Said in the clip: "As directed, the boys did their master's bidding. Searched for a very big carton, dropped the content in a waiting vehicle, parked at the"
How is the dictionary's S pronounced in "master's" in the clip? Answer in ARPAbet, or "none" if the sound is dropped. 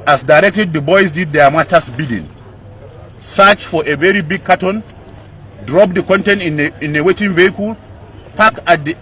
none